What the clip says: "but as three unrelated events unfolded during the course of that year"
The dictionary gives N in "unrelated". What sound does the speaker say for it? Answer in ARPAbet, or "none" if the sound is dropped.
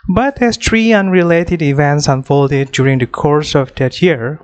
N